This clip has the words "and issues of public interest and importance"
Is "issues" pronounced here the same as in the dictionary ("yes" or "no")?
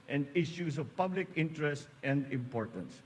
no